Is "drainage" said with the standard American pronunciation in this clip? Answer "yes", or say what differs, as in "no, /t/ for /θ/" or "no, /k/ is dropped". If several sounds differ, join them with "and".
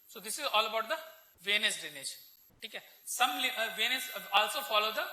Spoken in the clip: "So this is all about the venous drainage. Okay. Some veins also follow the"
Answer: no, /ɹ/ is dropped